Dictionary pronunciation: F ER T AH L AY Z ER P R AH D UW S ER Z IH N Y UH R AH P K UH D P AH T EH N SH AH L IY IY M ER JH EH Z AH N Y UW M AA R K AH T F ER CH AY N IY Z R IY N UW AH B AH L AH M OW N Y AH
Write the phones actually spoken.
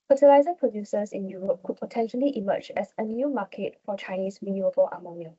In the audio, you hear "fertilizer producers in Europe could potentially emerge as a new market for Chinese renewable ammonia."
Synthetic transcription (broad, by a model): F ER T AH L AY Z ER P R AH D UW S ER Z IH N Y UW R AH P K UH D P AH T EH N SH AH L IY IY M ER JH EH S AH N Y UW M AA K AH T F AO CH AY N IY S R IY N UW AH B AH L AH M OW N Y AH